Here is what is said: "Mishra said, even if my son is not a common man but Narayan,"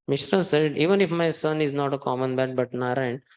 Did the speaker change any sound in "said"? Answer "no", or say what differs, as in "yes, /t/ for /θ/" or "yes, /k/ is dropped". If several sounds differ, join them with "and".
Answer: no